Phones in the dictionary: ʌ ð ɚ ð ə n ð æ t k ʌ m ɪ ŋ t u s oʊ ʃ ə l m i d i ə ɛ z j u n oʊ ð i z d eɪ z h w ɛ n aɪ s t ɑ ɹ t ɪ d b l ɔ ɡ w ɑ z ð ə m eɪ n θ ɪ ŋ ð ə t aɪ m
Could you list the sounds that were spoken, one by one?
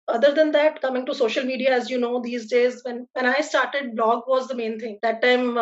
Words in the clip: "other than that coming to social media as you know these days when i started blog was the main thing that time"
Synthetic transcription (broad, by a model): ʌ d ɚ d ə n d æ t k ʌ m ɪ ŋ t u s oʊ ʃ ə l m i d i ə ɛ z j u n oʊ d i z d eɪ z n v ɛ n aɪ s t ɑ ɹ t ɪ d b l ɔ ɡ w ɑ z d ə m eɪ n t ɪ ŋ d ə t aɪ m